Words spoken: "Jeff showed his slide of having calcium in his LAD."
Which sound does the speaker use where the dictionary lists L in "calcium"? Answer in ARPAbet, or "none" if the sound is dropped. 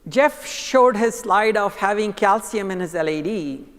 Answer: L